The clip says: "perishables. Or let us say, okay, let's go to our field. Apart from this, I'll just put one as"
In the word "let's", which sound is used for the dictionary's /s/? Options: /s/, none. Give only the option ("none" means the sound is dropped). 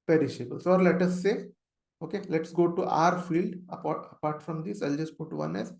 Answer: /s/